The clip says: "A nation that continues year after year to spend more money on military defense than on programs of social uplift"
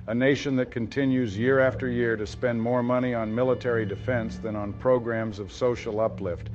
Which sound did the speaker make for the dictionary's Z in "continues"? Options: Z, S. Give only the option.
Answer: Z